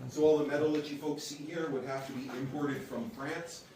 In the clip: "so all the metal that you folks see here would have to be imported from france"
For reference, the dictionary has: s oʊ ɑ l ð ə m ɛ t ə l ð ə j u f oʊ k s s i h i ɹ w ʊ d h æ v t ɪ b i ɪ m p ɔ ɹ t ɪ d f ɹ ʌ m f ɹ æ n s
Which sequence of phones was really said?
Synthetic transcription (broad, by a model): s oʊ ɑ l ð ə m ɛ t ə l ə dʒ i f oʊ k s s i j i ɹ w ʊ d h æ f t ɪ b i ɪ m p ɔ ɹ t ɪ d f ɹ ʌ m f ɹ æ n s